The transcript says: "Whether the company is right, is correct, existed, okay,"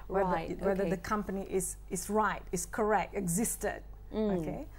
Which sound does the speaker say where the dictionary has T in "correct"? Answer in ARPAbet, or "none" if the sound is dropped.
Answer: T